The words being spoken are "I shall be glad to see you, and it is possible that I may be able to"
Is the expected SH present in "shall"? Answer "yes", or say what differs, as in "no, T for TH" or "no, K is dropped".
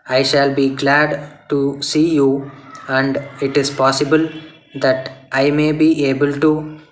yes